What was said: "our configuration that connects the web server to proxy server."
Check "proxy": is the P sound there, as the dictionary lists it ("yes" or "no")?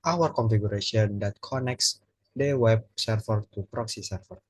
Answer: yes